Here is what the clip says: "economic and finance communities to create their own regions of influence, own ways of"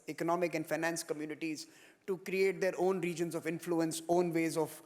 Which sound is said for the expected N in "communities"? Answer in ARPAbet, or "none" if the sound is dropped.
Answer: N